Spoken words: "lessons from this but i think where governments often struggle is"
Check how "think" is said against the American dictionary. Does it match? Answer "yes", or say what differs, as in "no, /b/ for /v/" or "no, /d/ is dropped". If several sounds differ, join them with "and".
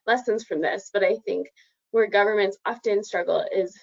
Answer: yes